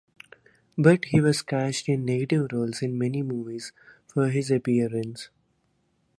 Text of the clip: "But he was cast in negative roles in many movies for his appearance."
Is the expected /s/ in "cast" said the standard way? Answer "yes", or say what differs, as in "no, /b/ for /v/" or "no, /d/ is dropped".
no, /ʃ/ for /s/